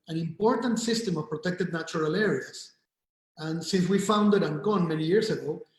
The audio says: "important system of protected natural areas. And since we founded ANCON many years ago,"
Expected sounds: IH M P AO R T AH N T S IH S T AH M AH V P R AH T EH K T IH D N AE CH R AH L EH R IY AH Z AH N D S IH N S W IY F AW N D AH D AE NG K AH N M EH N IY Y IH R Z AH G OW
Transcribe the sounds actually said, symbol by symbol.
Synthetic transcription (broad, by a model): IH M P AO R T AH N T S IH S T AH M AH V P R AH T EH K T IH D N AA CH R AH L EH R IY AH S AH N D S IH N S W IY F AW N D AH D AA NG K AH N M EH N IY Y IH R S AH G OW